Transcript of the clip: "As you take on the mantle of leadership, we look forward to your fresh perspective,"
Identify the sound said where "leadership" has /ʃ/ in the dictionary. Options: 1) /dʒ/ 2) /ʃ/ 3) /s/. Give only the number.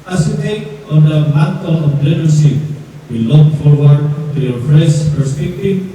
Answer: 3